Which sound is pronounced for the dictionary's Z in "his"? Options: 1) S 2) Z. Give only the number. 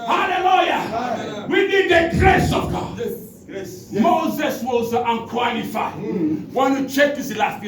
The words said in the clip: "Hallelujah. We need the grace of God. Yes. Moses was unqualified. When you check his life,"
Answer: 1